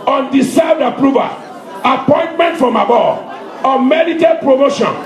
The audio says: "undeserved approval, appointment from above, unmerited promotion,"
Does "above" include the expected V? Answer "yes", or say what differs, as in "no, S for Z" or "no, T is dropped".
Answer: no, V is dropped